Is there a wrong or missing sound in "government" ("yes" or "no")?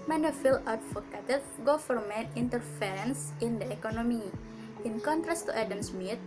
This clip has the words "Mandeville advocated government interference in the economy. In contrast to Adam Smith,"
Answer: yes